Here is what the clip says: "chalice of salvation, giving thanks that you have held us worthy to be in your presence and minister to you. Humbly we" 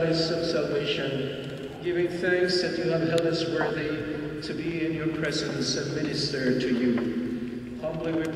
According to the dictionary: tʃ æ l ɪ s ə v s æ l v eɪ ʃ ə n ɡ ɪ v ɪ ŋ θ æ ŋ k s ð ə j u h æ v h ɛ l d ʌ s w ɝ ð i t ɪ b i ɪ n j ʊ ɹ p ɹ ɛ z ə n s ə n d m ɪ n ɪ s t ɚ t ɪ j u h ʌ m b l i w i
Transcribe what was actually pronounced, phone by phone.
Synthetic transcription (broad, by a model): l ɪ s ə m s æ l v eɪ ʃ ə n ɡ ɪ v ɪ ŋ θ æ ŋ k s ð ə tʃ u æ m h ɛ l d ʌ s w ɝ ð i t ɪ b i ɪ n j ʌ ɹ p ɹ ɛ z ə n s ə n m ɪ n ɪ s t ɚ t ɪ j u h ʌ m b l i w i